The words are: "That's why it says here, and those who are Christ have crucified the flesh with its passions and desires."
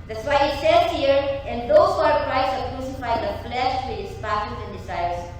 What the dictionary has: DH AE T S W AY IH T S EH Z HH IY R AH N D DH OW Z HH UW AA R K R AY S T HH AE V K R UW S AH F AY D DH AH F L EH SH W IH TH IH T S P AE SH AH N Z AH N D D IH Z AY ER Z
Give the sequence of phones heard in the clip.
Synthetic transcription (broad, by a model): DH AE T S W AY IH T S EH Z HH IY R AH N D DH OW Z AA R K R AY T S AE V K R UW S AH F AY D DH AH F L EH SH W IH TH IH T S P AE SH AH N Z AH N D D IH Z AY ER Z